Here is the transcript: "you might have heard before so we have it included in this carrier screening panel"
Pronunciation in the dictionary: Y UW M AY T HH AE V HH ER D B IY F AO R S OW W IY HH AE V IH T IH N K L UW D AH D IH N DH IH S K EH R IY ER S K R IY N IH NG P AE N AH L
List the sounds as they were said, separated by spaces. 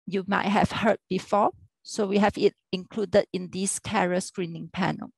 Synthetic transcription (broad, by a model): Y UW M AY T HH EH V HH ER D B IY F AO S OW W IY HH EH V IH T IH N K L UW D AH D IH N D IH S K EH R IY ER S K R IY N IH NG P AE N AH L